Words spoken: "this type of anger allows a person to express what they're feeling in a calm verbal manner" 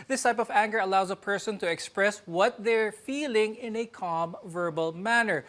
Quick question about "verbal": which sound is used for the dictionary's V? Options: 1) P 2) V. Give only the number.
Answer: 2